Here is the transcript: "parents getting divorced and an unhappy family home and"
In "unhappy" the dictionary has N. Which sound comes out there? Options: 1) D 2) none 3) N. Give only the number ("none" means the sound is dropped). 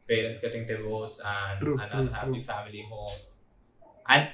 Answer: 2